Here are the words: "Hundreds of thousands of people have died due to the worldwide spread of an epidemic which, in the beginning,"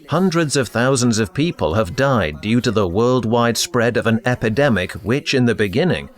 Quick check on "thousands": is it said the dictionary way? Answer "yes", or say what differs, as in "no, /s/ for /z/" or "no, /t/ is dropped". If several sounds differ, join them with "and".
yes